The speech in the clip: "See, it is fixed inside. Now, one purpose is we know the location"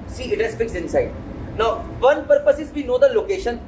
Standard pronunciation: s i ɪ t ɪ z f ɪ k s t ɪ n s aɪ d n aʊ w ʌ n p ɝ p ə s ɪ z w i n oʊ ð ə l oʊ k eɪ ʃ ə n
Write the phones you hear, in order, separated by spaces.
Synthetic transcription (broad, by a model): s i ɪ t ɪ s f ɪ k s ɪ n s aɪ d n aʊ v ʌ n p ɝ p ə s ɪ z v i n oʊ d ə l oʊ k eɪ ʃ ə n